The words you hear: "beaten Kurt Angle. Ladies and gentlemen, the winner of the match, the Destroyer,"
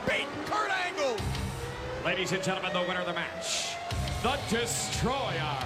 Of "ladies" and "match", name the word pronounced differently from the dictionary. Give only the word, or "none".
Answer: none